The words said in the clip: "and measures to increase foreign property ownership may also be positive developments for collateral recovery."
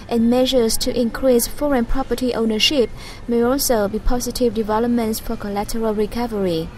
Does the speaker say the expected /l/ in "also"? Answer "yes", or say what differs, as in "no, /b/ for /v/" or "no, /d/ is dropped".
yes